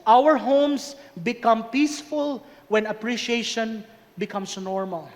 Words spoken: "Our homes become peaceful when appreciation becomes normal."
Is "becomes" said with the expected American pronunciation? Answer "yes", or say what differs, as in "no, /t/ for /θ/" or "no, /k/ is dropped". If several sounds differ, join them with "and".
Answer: no, /s/ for /z/